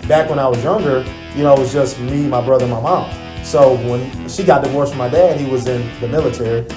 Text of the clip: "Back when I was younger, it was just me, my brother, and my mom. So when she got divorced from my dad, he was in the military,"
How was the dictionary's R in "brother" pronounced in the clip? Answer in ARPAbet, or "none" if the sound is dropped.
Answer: R